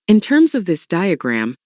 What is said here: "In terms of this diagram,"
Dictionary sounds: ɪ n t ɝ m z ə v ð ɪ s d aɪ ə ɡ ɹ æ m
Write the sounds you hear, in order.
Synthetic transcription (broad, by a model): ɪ n t ɝ m z ə v ð ɪ s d aɪ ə ɡ ɹ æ m